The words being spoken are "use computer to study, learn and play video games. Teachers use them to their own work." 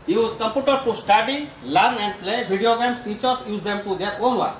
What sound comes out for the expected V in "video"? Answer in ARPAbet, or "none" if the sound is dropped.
B